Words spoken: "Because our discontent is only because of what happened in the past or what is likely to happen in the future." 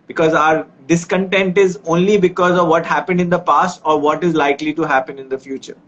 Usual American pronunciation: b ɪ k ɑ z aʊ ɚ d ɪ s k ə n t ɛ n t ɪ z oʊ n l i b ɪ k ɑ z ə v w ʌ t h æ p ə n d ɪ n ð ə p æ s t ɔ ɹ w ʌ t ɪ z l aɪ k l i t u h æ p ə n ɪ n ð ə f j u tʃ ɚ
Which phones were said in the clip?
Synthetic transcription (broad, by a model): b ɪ k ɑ z aʊ ɚ d ɪ s k ə n t ɛ n t ɪ z oʊ n l i b ɪ k ɑ z ə v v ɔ t h æ p ə n d ɪ n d ə p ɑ s t ɔ ɹ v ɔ t ɪ z l aɪ k l i t u h æ p ə n ɪ n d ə f j u tʃ ɚ